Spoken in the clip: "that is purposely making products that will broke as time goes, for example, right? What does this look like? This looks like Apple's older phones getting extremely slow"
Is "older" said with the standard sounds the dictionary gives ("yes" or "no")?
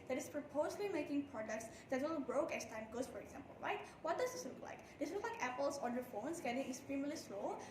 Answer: no